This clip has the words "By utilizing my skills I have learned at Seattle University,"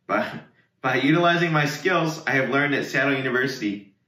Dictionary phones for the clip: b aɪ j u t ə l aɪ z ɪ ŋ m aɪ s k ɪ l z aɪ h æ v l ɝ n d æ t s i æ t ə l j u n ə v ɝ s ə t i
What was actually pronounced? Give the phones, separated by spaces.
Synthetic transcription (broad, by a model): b aɪ j u t ə l aɪ z ɪ ŋ m aɪ s k ɪ l z aɪ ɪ v l ɝ n d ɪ t s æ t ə j u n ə v ɝ s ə t i